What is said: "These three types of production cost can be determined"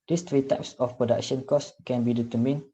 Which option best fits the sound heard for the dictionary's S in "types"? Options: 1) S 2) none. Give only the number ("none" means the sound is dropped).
1